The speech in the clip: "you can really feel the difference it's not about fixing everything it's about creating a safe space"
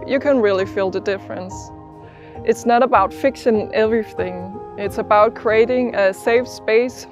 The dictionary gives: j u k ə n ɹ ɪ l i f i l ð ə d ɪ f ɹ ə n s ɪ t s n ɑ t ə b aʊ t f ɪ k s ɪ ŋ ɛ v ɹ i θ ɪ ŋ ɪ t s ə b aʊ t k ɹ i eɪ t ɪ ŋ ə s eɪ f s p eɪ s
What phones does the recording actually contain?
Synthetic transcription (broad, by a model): j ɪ k ə n ɹ ɪ l i f i l ð ə d ɪ f ɹ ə n s ɪ t s n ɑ t ə b aʊ t f ɪ k ʃ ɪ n ɛ v ɹ i θ ɪ ŋ ɪ t s ə b aʊ t k ɹ i eɪ t ɪ ŋ ə s eɪ f s p eɪ s